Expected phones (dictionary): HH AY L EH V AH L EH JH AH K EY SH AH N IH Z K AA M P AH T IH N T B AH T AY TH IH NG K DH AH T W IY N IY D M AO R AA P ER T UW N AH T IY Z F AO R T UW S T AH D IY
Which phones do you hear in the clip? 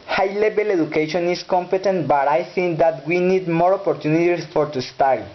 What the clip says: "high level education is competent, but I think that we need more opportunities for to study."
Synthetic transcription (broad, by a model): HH AY L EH B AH L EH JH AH K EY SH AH N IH S K AA M P AH T IH N T B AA T AY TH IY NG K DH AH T W IY N IY D M AO R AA P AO T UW N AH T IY S F AO R T UW S T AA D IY